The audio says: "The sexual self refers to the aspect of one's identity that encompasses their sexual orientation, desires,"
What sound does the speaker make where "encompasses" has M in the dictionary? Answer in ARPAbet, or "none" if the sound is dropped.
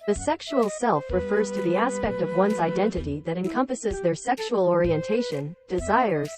M